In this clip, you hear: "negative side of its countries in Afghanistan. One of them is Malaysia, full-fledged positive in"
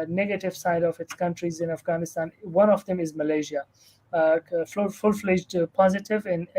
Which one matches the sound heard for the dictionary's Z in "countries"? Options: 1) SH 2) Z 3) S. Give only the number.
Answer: 2